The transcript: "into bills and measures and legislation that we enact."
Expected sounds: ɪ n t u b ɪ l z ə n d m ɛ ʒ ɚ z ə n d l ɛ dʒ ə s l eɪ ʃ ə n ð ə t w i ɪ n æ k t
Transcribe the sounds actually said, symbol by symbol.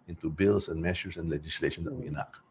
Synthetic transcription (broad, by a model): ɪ n t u b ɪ l s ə n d m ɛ ʃ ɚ s ə n d l ɛ dʒ ə s l eɪ ʃ ə n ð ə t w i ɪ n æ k